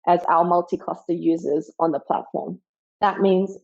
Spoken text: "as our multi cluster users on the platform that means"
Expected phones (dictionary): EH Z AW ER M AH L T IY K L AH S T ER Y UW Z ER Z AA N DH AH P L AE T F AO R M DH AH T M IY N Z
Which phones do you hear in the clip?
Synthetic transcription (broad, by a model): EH Z AW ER M AH L T IY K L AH S T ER Y UW Z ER Z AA N DH AH P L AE T F AO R M DH AH T M IY N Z